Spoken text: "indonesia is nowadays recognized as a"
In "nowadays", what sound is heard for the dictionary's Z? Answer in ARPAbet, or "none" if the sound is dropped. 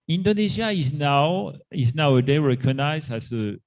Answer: none